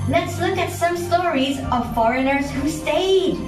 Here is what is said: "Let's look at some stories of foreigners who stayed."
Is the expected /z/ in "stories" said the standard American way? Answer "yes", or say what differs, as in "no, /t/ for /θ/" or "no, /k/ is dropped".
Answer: yes